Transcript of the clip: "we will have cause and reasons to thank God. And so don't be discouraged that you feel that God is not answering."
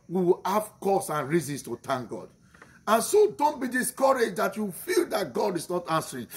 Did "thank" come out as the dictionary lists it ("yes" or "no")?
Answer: no